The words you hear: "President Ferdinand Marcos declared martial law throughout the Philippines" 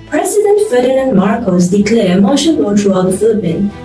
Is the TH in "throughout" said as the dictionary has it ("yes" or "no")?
no